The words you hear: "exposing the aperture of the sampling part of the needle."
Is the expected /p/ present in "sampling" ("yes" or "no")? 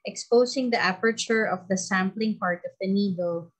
yes